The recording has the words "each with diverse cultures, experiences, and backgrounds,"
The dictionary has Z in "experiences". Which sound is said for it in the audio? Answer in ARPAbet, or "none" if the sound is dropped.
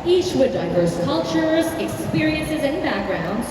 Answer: Z